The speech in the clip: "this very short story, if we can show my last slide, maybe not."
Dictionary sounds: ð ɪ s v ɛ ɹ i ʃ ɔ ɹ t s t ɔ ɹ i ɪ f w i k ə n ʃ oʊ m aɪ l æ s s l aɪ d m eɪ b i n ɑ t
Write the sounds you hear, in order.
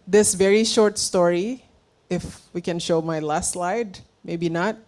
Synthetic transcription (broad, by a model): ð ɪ s v ɛ ɹ i ʃ ɔ ɹ t s t ɔ ɹ i ɪ f w i k ə n ʃ oʊ m aɪ l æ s s l aɪ d m eɪ b i n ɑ t